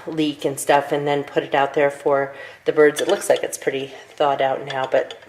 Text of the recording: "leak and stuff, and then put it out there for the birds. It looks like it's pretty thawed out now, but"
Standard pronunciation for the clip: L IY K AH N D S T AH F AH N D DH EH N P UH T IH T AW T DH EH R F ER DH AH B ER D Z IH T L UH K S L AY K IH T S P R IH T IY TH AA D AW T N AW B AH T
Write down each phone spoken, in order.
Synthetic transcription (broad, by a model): L IY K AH N S T AH F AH N DH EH N P UH T IH T AW T DH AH R F ER DH AH B ER D Z IH T L UH K S L AY K IH T S P R IH T IY TH AA D AW T N AW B AH T